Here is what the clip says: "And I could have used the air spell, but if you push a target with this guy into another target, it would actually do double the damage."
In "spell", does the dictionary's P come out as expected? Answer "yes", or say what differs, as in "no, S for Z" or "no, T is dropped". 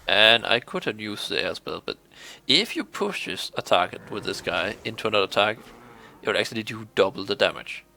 no, B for P